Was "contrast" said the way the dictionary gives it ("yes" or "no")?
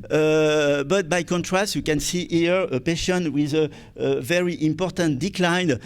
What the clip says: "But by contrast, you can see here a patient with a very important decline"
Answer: yes